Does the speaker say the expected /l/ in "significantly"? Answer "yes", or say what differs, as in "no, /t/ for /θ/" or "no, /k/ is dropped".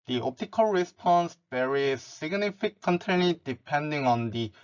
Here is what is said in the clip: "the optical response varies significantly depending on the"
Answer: no, /n/ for /l/